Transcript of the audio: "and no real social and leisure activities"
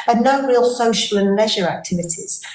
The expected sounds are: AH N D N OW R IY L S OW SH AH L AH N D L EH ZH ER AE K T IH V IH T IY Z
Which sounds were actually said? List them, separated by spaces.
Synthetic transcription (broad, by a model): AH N N OW R IY L S OW SH AH L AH N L EH ZH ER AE K T IH V IH T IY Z